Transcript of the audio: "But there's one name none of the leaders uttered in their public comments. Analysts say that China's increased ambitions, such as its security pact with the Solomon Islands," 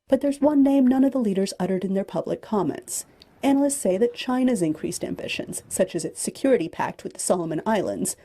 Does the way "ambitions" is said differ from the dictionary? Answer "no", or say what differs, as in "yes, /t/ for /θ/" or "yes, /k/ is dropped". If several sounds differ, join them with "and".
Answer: no